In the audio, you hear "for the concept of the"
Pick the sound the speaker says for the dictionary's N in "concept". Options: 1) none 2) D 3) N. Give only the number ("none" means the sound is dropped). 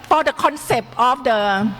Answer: 3